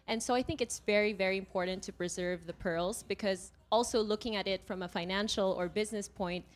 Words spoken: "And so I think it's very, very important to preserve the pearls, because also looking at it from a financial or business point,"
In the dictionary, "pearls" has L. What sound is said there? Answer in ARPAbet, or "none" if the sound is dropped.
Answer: L